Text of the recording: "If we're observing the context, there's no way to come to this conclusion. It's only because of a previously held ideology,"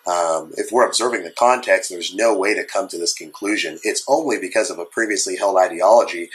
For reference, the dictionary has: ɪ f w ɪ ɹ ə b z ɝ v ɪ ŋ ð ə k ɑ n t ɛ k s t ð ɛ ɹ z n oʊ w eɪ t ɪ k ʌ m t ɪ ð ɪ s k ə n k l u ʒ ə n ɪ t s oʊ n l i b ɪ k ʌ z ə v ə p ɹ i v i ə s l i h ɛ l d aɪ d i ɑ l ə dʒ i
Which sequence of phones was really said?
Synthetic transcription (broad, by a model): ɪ f w ɪ ɹ ə b z ɝ v ɪ ŋ ð ə k ɑ n t ɛ k s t ð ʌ ɹ z n oʊ w eɪ t ɪ k ʌ m t ɪ ð ɪ s k ə n k l u ʒ ə n ɪ t s oʊ n l i b ɪ k ʌ z ə v ə p ɹ i v i ə s l i h ɛ l d aɪ d i ɑ l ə dʒ i